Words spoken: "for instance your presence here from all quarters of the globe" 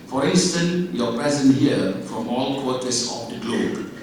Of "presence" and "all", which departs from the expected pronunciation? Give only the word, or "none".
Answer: presence